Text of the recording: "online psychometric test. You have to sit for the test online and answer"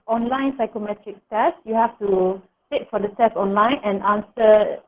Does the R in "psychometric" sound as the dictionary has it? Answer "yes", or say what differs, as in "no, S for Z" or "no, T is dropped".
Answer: yes